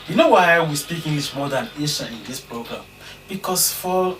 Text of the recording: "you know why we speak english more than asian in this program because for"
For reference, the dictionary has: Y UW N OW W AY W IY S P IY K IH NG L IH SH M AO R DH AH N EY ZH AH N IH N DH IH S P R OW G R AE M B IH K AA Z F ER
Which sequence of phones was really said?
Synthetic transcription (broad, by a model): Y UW N OW W AY W IY S P IY K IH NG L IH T M AO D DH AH N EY SH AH IH N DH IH S P R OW G R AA M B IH K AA S F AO